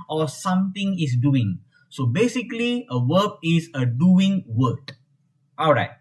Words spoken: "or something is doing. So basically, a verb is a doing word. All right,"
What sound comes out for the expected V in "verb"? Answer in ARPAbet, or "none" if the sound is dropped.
W